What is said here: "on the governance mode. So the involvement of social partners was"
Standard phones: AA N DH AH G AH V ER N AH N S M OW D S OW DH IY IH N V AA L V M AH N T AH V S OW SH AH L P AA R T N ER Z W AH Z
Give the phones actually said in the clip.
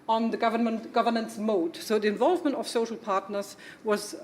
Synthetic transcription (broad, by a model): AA N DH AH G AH V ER N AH N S M OW D S OW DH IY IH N V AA L V M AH N T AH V S OW SH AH L P AA R T N ER Z W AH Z